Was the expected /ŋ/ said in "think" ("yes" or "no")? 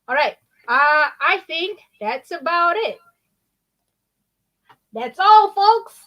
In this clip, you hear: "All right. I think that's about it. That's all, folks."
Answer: yes